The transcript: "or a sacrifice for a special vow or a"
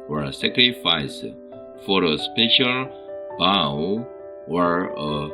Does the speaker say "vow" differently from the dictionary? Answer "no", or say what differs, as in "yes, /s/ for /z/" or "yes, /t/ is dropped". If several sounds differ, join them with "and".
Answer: yes, /b/ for /v/